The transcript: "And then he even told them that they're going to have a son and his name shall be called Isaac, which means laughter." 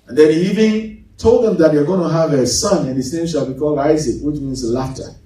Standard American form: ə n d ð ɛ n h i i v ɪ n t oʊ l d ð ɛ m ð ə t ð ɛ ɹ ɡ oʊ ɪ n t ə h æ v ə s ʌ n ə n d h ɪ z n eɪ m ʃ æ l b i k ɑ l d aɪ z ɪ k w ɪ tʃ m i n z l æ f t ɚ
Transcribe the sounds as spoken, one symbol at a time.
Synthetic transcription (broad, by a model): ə n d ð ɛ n h i i v ɪ n t oʊ l d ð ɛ m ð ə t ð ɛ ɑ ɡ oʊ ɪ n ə h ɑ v ə s ʌ n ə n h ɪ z n eɪ m ʃ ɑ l b i k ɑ l aɪ z ɪ k w ɪ tʃ m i n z l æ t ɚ